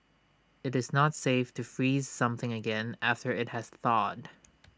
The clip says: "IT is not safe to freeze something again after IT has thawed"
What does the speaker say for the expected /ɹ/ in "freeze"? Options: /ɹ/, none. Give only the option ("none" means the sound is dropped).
/ɹ/